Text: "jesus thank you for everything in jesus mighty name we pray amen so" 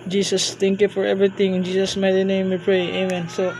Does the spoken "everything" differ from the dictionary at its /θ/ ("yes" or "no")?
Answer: yes